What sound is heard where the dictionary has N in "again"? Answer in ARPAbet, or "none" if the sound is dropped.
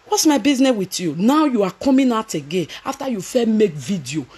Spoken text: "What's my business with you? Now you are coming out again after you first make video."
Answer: N